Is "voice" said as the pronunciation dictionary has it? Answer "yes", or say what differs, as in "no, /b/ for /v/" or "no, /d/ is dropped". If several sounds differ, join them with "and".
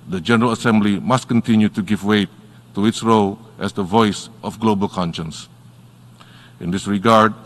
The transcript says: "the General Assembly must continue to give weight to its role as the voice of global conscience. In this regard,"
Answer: yes